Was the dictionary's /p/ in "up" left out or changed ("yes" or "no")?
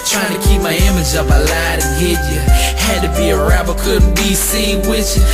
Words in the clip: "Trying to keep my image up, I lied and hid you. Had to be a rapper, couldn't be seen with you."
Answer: no